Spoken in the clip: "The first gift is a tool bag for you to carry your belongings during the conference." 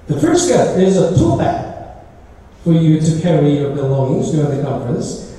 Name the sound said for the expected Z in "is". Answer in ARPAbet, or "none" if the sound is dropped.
Z